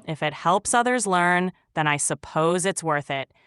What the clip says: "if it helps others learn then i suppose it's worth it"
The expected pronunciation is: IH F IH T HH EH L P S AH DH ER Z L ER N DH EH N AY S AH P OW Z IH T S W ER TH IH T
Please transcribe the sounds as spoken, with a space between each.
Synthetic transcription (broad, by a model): IH F IH T HH EH L P S AH DH ER Z L ER N DH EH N AY S AH P OW Z IH T S W ER TH IH T